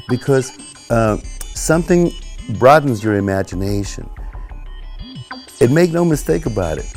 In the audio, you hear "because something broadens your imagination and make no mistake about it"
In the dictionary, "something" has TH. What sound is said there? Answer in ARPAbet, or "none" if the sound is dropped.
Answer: TH